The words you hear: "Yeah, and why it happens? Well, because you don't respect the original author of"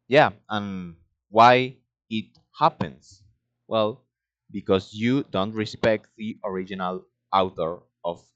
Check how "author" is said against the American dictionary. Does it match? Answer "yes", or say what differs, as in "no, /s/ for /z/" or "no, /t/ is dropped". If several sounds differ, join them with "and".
no, /t/ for /θ/